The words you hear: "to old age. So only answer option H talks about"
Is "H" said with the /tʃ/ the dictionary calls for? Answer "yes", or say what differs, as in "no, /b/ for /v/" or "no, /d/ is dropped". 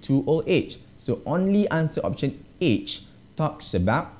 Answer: yes